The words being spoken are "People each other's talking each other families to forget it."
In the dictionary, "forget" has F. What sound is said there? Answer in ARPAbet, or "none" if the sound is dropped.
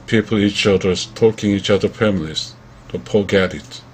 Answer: P